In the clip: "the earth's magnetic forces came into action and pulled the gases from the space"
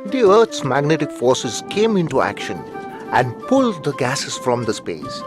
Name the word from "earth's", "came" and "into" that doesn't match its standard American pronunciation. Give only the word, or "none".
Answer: earth's